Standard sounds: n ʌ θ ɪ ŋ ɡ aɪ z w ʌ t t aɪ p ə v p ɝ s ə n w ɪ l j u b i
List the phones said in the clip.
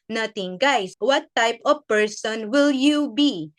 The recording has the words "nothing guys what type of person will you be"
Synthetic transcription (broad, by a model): n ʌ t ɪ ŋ ɡ aɪ s w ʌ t t aɪ p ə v p ɝ s ə n w ɪ l j u b i